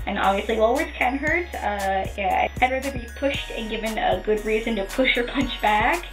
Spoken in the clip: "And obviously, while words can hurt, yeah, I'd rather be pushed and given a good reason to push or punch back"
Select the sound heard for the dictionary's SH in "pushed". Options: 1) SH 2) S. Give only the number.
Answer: 1